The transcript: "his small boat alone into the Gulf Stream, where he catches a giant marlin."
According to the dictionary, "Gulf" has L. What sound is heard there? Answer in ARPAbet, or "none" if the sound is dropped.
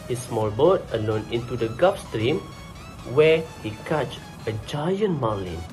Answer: none